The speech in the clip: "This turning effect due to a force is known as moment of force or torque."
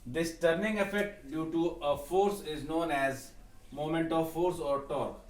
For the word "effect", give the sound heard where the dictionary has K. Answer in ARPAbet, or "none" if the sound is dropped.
none